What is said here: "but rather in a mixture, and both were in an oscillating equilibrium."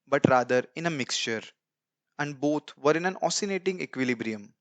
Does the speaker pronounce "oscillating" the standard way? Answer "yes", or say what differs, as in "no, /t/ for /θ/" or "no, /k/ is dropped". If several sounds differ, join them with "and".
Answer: no, /n/ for /l/